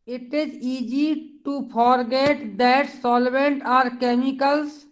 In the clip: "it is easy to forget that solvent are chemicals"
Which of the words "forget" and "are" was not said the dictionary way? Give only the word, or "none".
forget